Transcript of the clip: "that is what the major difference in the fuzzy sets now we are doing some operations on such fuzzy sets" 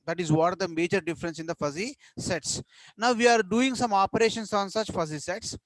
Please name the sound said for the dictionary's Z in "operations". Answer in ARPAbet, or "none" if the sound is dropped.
S